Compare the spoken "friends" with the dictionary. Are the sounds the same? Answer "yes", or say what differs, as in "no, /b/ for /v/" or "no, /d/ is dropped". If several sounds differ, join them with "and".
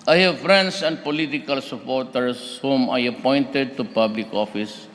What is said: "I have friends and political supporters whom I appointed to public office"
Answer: no, /s/ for /z/